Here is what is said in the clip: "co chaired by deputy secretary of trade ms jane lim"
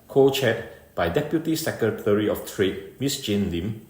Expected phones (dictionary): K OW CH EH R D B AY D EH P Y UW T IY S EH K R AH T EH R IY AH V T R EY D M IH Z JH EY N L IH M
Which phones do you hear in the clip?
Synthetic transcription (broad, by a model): K OW CH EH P B AY D EH P Y UW T IY S EH K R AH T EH R IY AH F T R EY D M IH S JH EY N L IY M